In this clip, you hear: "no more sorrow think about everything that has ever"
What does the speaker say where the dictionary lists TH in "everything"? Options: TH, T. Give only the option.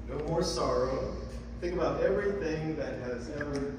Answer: TH